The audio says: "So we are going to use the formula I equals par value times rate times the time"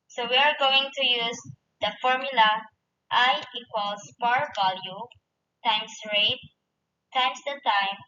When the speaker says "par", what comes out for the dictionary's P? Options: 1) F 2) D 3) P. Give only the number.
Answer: 3